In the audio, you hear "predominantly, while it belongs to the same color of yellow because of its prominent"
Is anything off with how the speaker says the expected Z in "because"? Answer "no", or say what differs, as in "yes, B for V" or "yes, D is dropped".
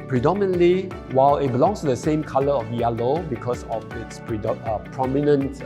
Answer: yes, S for Z